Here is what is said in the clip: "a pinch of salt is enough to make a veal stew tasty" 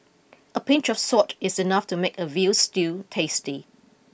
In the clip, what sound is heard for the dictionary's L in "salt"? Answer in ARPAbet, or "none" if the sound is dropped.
none